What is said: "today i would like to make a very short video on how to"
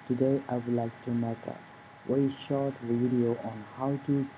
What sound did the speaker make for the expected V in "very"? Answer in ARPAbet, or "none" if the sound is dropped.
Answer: W